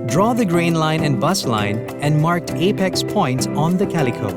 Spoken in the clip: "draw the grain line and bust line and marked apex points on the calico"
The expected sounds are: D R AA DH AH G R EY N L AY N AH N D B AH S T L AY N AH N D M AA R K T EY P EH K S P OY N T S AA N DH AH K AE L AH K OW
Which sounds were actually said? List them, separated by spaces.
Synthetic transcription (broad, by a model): D R AA DH AH G R EY N L AY N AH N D B AH S L AY N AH N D M AA R K T EY P EH K S P OY N T S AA N DH AH K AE L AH K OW